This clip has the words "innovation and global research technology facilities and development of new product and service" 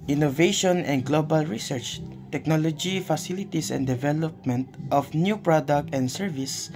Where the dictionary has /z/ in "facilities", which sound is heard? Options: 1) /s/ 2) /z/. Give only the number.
1